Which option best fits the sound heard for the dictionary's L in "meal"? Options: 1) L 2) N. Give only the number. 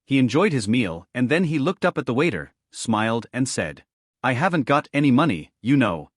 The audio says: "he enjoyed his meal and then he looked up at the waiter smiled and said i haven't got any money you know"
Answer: 1